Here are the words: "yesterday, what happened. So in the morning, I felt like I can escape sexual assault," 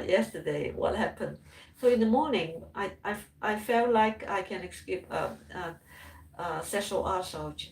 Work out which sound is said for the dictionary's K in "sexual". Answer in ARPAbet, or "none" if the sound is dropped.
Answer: none